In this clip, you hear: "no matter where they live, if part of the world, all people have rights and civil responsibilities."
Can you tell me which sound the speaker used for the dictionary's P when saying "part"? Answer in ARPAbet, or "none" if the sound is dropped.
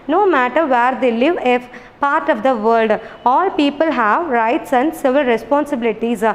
P